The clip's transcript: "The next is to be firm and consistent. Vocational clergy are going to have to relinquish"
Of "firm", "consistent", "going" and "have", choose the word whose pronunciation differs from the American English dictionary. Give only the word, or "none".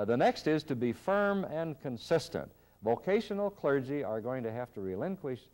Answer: have